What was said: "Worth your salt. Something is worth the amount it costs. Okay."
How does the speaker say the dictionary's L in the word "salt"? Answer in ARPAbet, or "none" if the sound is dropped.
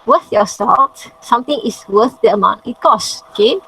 none